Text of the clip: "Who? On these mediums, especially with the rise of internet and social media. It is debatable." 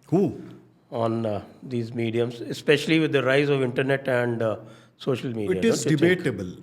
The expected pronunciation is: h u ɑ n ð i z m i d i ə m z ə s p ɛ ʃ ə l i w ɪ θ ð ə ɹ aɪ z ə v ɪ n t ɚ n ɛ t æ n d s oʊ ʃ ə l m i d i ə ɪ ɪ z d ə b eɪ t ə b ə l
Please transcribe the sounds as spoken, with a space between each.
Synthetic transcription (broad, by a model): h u ɑ n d i z m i d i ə m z ə s p ɛ ʃ ə l i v ɪ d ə ɹ aɪ z ə v ɪ n t ɚ n ɛ t æ n d s oʊ ʃ ə l m i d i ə ɪ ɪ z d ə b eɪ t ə b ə l